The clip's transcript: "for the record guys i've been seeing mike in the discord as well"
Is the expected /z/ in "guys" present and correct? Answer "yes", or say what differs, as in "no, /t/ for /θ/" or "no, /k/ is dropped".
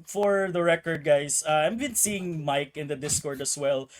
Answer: no, /s/ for /z/